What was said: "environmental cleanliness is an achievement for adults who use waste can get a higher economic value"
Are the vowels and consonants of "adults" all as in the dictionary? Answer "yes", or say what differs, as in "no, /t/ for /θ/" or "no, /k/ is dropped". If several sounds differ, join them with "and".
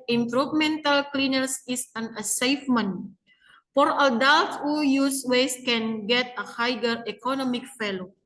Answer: no, /s/ is dropped